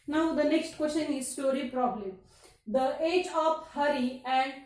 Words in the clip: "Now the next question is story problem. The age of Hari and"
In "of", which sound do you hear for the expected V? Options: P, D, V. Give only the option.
P